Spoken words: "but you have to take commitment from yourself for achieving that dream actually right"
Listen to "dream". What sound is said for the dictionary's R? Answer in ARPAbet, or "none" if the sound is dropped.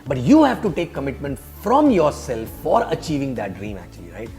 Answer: R